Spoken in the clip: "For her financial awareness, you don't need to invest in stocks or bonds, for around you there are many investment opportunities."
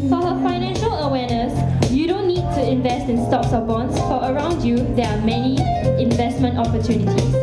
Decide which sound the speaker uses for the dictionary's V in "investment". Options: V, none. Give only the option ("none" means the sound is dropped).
V